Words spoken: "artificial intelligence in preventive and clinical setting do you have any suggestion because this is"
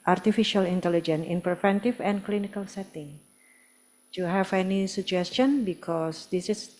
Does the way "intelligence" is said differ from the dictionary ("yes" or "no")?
yes